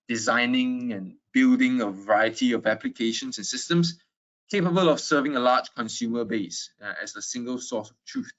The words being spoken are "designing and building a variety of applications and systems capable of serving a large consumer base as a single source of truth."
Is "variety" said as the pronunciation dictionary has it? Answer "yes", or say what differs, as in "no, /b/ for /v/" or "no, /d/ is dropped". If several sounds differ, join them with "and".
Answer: yes